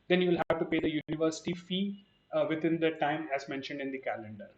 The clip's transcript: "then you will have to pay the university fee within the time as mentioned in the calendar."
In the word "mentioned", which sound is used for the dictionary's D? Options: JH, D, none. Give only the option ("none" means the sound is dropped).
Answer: D